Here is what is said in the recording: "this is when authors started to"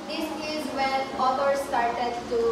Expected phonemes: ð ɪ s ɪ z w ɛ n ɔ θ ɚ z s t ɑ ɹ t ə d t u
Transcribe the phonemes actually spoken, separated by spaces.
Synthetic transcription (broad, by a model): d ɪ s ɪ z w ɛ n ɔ t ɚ s t ɑ ɹ t ə d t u